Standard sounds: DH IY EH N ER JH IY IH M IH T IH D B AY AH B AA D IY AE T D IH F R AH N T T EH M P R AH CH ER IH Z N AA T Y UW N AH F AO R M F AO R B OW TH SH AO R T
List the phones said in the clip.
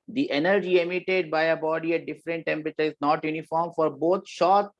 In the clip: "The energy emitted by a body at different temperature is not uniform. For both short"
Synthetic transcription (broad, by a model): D IY EH N ER JH IY IH M IH T IH D B AY AH B AA D IY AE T D IH F R AH N T T EH M P R AH CH ER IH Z N AA T Y UW N AH F AO R M F AO R B OW T SH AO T